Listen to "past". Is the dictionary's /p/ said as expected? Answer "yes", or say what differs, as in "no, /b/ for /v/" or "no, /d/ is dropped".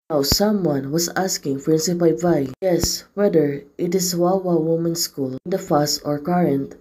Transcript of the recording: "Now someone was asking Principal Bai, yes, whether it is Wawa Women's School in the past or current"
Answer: no, /f/ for /p/